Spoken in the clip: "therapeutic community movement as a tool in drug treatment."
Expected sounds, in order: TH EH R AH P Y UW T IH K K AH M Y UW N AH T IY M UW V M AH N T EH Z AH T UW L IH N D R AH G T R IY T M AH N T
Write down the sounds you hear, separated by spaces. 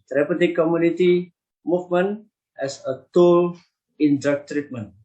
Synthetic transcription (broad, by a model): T R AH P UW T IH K K AH M Y UW N AH T IY M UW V M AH N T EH S AH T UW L IH N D AH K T R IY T M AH N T